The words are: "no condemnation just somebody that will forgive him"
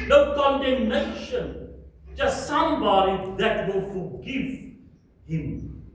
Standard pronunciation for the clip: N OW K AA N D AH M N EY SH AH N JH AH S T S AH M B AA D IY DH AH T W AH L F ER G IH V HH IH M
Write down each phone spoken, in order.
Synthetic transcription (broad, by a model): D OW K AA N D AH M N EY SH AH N CH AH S S AH M B AA D IY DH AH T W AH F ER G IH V HH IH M